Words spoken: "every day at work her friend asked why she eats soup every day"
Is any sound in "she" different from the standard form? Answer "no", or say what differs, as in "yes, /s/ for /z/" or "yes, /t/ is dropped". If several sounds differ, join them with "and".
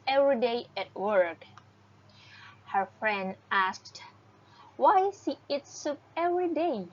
yes, /s/ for /ʃ/